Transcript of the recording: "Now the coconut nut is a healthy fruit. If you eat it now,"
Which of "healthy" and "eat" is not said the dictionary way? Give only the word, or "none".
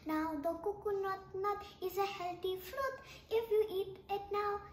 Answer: healthy